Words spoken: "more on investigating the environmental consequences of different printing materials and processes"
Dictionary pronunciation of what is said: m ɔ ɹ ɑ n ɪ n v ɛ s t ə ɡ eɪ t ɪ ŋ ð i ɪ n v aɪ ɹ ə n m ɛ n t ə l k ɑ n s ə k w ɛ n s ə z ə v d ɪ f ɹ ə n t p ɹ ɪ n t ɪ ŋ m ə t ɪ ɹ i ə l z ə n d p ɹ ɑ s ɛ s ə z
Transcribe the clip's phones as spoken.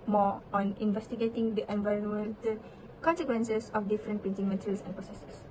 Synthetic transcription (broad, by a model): m ɔ ɑ n ɪ n v ɛ s t ə ɡ eɪ t ɪ ŋ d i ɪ n v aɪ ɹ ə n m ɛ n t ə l k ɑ n s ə k w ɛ n s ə s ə f d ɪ f ɹ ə n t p ɪ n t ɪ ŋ m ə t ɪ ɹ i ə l s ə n p ɹ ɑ s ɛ s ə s